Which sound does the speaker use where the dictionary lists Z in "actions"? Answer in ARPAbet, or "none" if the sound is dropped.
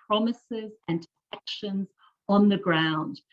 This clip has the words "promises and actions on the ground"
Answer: Z